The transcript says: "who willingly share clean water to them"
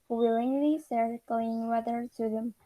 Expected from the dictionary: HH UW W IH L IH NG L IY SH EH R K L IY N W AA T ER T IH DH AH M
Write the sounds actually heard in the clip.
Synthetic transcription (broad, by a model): W IH L IH NG L IY S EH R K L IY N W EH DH ER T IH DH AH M